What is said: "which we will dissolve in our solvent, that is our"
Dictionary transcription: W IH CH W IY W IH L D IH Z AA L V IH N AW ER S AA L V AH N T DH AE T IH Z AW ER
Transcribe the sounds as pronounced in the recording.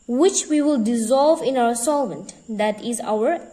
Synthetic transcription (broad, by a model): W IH CH W IY W IH L D IH Z AA L V IH N AW ER S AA L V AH N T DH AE T IH Z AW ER